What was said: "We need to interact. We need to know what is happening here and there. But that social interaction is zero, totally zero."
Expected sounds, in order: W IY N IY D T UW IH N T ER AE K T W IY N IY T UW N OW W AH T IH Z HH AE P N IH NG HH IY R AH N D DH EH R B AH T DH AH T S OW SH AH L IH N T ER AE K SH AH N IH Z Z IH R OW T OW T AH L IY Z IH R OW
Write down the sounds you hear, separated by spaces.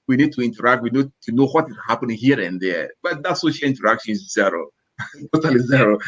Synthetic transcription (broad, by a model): W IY N IY D T UW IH N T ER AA K T W IY N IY T UW N OW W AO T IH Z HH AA P IH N HH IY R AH N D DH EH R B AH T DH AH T S OW SH AH L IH N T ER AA K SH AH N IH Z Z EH R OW T OW T AH L IY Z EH R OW